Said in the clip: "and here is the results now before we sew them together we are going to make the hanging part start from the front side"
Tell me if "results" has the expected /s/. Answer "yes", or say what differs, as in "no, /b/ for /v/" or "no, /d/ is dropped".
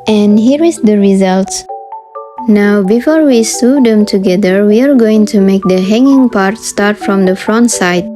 yes